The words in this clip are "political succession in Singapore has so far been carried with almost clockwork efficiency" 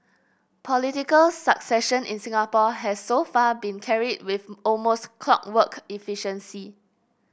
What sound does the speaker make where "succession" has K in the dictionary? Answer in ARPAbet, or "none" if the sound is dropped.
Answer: K